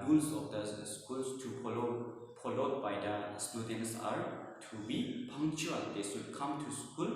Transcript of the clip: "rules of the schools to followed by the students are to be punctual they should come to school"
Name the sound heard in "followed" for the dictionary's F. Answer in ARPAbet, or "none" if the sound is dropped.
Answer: P